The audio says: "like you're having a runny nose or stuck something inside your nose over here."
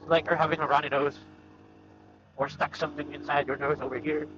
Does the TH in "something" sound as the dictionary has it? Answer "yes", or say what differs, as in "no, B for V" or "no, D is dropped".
yes